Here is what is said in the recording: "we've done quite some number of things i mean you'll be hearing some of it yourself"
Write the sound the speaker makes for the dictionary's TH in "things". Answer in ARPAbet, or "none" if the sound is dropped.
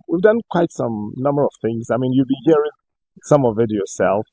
TH